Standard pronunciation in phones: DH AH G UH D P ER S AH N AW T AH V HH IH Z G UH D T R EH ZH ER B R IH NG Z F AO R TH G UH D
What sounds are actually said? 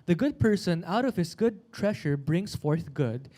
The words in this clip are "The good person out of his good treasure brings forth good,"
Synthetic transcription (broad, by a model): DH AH G UH D P ER S AH N AW T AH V HH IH S G UH D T R EH SH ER B R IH NG S F AO R TH G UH D